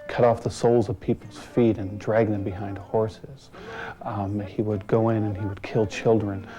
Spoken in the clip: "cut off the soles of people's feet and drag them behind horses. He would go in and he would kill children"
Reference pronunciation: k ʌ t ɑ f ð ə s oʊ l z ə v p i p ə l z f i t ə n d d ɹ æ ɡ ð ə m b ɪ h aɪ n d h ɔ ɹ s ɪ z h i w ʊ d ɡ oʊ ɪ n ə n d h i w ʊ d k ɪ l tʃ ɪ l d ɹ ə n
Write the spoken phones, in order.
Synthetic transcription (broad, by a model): k ʌ t ɑ f ð ə s oʊ l z ə v p i p l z f i t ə n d d ɹ æ ɡ ð ə m b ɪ h aɪ n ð h ɔ ɹ s ɪ z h i w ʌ d ɡ oʊ ɪ n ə n i w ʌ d k ɪ l tʃ ɪ l d ɹ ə n